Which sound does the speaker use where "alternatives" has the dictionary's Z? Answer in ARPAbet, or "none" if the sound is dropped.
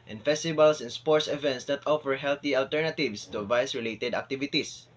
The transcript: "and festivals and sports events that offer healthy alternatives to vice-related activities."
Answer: S